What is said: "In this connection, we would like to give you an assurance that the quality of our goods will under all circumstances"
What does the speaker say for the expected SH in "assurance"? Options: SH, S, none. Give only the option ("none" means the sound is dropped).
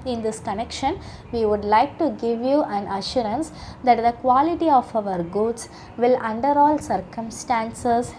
SH